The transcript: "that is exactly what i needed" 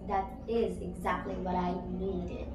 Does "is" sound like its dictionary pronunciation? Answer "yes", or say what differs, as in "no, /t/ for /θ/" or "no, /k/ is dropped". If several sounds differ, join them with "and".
yes